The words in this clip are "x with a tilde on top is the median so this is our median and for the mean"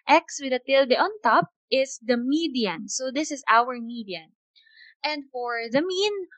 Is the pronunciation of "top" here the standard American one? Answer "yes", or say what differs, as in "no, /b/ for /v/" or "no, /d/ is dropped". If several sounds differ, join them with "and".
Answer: yes